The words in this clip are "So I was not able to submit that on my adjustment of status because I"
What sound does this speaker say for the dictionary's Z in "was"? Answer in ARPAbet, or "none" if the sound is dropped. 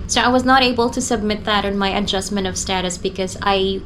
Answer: Z